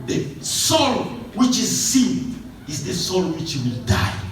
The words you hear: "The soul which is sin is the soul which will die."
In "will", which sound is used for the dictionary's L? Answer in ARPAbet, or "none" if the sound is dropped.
L